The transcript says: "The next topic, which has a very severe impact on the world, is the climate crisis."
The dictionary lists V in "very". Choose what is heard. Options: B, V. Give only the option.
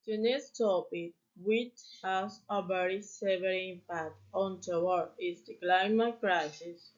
B